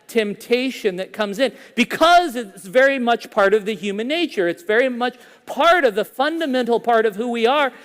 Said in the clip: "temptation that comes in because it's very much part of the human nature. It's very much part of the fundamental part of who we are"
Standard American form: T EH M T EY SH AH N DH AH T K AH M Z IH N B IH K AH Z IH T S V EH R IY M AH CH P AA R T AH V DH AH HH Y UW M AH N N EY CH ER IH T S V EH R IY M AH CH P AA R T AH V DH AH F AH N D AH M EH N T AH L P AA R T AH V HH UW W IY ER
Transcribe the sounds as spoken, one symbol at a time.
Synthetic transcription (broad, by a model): T EH M T EY SH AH N DH AH T K AH M Z IH N B IH K AH Z IH T S V EH R IY M AH CH P AA R T AH V DH AH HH Y UW M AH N N EY CH ER IH T S V EH R IY M AH CH P AA R T AH V DH AH F AH N D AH M EH N T L P AA R T AH V HH UW W IY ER